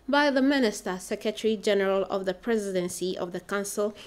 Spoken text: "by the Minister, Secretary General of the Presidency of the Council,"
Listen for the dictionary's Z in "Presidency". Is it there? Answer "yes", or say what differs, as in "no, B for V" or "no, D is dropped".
yes